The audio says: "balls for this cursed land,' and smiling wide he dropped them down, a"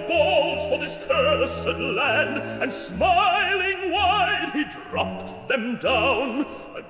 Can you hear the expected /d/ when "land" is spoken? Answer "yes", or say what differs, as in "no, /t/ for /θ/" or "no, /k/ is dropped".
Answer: yes